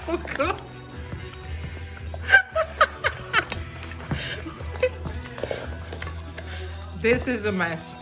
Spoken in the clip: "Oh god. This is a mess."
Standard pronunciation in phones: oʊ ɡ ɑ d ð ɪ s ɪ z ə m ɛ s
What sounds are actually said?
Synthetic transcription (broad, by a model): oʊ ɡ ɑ ð ɪ s ɪ z ə m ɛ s